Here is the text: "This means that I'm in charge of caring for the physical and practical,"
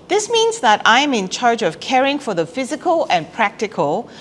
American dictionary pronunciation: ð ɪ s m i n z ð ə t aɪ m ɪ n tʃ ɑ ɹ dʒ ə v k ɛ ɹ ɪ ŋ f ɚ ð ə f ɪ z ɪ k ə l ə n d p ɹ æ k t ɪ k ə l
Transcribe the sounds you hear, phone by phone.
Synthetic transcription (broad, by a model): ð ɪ s m i n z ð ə t aɪ m ɪ n tʃ ɑ ɹ dʒ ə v k ɛ ɹ ɪ ŋ f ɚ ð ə f ɪ z ɪ k ə l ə n p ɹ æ k t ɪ k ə l